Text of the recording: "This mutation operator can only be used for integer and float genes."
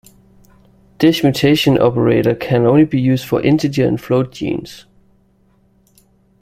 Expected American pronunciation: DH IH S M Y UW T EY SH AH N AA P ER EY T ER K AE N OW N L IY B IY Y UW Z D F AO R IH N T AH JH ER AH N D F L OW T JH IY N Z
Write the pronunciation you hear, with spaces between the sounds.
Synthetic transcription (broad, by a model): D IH SH M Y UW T EY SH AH N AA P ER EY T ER K AE N OW N L IY B IY Y UW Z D F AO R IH N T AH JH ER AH N F L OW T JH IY N S